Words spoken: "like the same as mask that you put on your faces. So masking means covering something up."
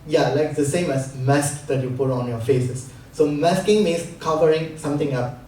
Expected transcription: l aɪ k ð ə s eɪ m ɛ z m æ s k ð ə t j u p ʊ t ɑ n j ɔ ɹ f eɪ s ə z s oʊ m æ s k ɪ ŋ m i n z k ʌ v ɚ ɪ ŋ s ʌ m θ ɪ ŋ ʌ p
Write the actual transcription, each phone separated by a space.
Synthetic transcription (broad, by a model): l aɪ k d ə s eɪ m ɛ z m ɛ s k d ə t j u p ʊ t ɑ n j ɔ f eɪ s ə s oʊ m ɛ s k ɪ ŋ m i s k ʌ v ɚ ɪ ŋ s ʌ m t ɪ ŋ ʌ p